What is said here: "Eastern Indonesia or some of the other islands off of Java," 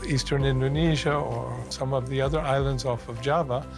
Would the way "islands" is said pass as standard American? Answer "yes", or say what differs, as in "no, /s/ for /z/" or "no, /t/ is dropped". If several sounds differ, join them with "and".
yes